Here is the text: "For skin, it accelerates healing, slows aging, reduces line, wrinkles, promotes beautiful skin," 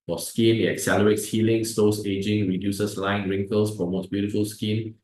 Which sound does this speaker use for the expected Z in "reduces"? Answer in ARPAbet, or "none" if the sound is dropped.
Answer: S